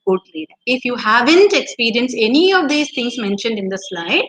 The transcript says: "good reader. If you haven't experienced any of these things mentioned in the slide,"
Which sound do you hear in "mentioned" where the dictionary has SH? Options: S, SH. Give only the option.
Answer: SH